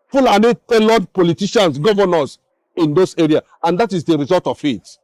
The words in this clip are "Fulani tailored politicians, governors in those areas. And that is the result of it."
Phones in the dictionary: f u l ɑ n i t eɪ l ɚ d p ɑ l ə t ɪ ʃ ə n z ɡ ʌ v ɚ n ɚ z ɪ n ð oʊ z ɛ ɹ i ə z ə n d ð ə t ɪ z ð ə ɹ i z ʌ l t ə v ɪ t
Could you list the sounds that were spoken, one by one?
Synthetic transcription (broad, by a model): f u l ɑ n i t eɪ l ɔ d p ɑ l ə t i ʃ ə n s ɡ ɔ v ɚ n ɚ s ɪ n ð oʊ s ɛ ɹ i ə ə n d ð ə t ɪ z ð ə ɹ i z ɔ l t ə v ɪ t